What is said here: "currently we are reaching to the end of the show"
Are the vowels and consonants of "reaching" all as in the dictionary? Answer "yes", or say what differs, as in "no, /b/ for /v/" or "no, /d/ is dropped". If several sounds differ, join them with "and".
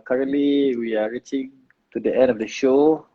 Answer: yes